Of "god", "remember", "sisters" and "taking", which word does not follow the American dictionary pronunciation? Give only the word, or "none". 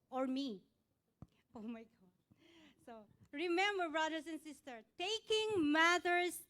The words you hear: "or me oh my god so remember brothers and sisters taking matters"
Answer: sisters